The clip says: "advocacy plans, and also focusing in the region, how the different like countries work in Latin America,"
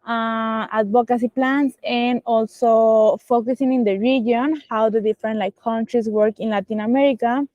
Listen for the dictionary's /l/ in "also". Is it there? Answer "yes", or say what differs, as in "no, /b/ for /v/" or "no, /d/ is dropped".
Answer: yes